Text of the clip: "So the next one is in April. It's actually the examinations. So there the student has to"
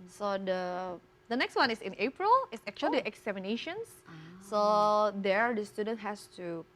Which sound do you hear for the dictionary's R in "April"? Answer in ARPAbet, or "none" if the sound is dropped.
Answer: R